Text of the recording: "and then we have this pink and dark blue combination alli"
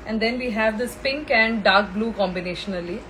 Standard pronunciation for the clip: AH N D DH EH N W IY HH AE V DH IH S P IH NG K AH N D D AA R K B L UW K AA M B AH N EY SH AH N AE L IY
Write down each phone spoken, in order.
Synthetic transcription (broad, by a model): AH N D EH N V IY HH AE V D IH S P IH NG K AH N D D AA R K B L UW K AA M B AH N EY SH AH N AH L IY